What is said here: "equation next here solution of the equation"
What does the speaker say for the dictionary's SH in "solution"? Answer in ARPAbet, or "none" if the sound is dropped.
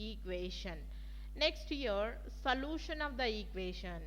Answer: SH